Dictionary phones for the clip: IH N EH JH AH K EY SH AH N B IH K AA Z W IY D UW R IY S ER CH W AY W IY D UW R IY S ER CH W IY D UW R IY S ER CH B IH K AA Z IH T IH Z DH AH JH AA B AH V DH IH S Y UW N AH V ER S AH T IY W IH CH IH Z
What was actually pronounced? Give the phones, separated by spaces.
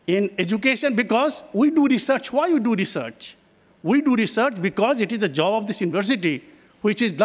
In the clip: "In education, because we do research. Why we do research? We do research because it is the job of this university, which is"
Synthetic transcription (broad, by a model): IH N EH JH AH K EY SH AH N B IH K AA Z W IY D UW R IY S ER CH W AY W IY D UW R IY S ER CH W IY D UW R IY S ER CH B IH K AA Z IH T IH Z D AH JH AA B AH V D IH S Y UW N AH V ER S AH T IY W IH CH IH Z